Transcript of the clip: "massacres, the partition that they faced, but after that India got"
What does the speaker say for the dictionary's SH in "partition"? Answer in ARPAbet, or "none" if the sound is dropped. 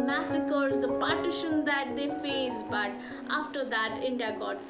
SH